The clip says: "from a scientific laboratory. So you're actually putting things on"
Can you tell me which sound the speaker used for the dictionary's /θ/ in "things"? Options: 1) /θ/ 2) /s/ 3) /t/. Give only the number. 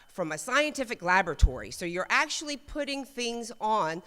1